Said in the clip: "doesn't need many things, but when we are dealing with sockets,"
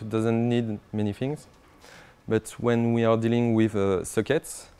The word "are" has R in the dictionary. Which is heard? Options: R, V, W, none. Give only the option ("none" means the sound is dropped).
R